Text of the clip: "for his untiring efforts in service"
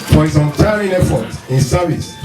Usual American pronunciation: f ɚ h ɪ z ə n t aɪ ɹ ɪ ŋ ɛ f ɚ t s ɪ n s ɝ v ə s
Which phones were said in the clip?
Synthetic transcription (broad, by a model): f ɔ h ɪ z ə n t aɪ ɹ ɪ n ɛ f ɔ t ɪ n s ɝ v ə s